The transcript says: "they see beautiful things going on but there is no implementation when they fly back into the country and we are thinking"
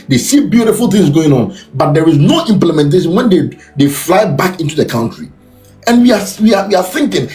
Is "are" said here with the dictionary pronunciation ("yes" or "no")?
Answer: no